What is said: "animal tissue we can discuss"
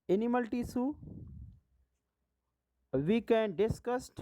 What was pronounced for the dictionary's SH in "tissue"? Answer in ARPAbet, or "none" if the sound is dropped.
S